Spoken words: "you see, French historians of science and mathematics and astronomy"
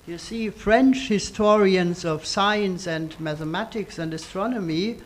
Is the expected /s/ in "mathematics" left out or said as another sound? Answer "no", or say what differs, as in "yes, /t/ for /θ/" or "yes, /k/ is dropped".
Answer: no